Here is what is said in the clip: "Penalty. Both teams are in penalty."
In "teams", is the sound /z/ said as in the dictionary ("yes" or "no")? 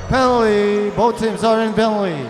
no